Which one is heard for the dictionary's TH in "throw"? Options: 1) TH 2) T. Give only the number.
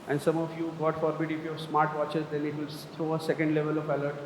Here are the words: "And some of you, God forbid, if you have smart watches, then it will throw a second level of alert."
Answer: 2